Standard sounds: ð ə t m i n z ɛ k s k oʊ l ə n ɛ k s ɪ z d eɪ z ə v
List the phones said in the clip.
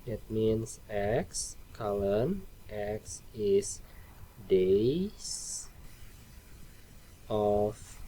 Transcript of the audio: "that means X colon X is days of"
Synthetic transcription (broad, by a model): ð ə t m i n s ɛ k s k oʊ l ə n ɛ k s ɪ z d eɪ s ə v